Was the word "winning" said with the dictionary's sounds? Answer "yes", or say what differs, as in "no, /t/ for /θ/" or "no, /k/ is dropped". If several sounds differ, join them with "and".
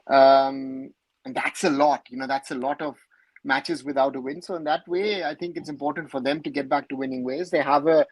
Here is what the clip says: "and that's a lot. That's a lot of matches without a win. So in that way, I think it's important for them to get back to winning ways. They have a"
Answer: yes